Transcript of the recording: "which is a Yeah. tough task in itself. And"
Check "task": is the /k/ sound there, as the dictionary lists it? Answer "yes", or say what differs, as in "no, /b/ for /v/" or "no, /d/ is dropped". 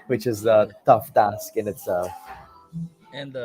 yes